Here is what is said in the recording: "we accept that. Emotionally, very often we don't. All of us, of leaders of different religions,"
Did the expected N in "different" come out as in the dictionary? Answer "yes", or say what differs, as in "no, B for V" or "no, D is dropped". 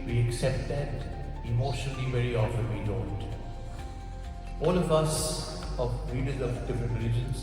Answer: no, N is dropped